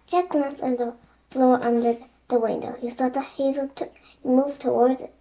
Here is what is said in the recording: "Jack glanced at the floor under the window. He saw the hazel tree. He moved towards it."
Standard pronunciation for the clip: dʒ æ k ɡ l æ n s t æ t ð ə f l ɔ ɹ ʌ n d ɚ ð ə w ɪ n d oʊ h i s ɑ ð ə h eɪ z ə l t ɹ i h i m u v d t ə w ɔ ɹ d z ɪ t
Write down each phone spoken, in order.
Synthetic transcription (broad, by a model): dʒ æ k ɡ l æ n s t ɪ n ð ə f l ɔ ɹ ʌ n d ɚ ð ə w ɪ n d oʊ h i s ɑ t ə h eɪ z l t h i m u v t ə w ɔ ɹ d z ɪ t